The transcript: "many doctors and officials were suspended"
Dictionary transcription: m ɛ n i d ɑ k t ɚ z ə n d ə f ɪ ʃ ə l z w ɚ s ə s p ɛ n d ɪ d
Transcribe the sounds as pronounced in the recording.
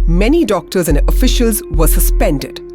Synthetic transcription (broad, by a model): m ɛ n i d ɑ k t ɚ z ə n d ə f ɪ ʃ ə l z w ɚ s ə s p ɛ n d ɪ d